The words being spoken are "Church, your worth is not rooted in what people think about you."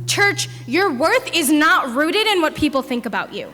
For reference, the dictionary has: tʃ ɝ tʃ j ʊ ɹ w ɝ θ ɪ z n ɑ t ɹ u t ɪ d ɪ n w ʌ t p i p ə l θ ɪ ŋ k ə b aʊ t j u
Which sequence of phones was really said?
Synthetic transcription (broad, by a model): tʃ ɝ tʃ j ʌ ɹ w ɝ θ ɪ z n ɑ t ɹ u t ɪ d ɪ n w ʌ t p i p l θ ɪ ŋ k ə b aʊ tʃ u